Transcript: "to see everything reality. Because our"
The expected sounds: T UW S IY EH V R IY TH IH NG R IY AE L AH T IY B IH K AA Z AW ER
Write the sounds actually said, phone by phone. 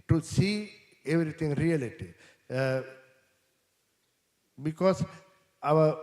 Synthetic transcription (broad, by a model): T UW S IY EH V R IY T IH NG R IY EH L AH T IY B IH K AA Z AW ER